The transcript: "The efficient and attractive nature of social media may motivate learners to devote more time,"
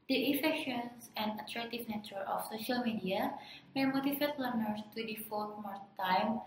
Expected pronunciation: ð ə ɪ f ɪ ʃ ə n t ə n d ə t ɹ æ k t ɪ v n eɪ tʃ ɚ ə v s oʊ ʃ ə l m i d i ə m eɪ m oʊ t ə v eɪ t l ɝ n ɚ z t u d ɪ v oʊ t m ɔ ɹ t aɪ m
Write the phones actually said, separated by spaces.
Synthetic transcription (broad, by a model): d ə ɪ f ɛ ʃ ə n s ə n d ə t ɹ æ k t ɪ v n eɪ tʃ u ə f s oʊ ʃ ə l m i d i ə m eɪ m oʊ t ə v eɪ t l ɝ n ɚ s t u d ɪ f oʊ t m ɔ ɹ t aɪ m